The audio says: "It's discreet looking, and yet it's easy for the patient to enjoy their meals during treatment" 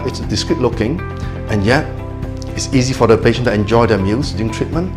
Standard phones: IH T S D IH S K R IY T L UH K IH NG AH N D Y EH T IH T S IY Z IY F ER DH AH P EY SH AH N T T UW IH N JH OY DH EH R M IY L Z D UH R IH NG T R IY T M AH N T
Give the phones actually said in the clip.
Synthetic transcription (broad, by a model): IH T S D IH S K R IY T L UH K IH NG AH N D Y EH T IH T S IY Z IY F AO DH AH P EY SH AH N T T UW IH N JH OY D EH M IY L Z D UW IH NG T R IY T M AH N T